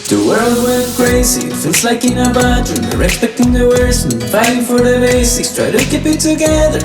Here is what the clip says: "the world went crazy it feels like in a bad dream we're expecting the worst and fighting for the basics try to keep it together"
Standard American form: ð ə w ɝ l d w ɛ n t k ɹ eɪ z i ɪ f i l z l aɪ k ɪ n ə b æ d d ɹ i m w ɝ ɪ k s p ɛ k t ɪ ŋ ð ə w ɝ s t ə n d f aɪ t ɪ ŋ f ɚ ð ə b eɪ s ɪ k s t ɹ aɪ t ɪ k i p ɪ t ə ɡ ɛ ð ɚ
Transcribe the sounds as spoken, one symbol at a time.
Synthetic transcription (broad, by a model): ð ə w ɝ l d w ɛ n k ɹ eɪ z i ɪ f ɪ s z l aɪ k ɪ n ə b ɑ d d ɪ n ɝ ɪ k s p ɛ k t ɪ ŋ ð ə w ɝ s ə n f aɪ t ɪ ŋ f ɚ ð ə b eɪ s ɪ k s t ɹ aɪ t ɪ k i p ɪ t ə ɡ ɛ ð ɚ